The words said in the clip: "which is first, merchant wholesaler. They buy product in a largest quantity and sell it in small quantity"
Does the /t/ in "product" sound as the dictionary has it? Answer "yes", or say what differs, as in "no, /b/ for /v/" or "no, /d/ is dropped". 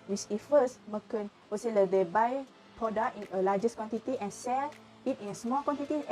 no, /t/ is dropped